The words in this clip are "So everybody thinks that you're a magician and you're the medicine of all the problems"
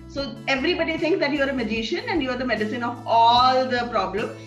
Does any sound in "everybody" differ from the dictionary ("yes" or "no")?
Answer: no